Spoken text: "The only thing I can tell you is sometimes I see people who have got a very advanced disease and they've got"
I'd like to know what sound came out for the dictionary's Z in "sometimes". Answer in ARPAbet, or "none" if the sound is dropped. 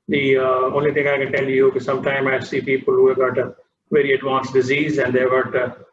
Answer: none